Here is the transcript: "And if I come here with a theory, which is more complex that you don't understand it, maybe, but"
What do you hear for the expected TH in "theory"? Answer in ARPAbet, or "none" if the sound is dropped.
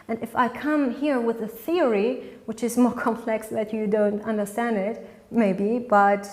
TH